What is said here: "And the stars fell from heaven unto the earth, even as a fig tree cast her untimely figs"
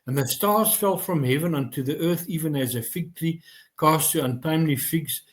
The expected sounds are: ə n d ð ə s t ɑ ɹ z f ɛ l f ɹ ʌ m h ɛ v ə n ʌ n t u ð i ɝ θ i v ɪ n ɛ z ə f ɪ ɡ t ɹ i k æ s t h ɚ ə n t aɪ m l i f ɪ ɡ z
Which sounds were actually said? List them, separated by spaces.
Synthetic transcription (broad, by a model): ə n ð ə s t ɑ ɹ z f ɛ l f ɹ ʌ m h ɛ v ə n ʌ n t u ð i ɝ θ i v ɪ n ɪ z ə f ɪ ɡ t ɹ i k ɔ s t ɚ ə n t aɪ m l i f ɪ ɡ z